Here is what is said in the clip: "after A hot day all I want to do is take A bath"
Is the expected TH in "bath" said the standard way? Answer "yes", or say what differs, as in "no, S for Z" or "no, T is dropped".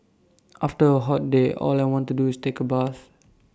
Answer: no, S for TH